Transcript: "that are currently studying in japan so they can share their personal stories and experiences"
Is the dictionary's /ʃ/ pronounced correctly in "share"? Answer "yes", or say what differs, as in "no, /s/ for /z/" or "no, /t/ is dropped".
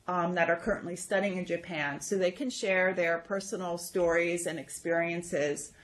yes